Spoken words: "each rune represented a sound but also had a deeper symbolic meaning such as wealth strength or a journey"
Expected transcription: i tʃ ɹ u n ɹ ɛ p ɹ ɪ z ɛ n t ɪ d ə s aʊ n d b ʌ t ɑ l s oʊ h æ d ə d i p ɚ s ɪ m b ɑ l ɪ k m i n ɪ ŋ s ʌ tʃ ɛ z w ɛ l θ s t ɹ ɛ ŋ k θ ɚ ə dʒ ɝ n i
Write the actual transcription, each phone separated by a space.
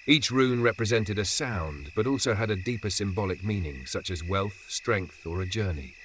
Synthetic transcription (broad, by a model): i tʃ ɹ u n ɹ ɛ p ɹ ɪ z ɛ n t ɪ d ə s aʊ n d b ʌ t ɑ l s oʊ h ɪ d ə d i p ɚ s ɪ m b ɑ l ɪ k m i n ɪ ŋ s ʌ tʃ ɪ z w ɛ l θ s t ɹ ɛ ŋ k θ ɚ ə dʒ ɝ n i